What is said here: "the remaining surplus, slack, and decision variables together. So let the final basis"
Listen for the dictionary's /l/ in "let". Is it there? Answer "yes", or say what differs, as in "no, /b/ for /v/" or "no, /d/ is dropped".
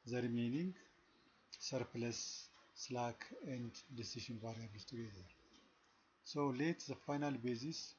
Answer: yes